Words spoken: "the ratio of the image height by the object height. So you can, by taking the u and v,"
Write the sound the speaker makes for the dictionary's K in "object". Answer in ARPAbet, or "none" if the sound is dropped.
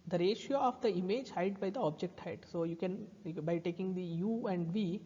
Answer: K